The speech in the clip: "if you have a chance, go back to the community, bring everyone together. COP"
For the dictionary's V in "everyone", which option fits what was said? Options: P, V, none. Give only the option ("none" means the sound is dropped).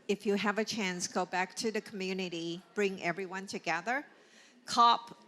V